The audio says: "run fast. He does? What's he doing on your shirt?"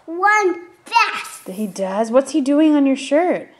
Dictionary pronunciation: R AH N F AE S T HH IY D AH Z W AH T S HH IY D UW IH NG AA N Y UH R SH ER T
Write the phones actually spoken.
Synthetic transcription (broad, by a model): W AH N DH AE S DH HH IY D AH Z W AH T S HH IY D UW IH NG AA N Y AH R SH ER T